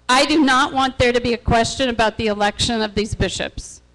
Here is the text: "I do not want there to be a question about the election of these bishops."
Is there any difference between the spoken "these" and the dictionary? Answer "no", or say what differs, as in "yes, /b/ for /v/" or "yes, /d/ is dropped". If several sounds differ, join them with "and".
no